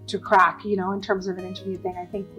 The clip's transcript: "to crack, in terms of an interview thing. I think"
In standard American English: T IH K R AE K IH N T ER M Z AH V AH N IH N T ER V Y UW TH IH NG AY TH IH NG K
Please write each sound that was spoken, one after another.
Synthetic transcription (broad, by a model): T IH K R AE K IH N T ER M Z AH V AH N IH N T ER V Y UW TH IH NG AY TH IH NG K